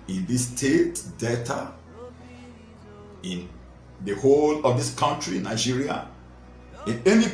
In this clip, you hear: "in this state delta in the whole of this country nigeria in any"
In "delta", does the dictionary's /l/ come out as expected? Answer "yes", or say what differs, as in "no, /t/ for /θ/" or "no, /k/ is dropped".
no, /l/ is dropped